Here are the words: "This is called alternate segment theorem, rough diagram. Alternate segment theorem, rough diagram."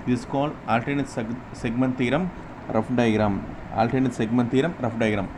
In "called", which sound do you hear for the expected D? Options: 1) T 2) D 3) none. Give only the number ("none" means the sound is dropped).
3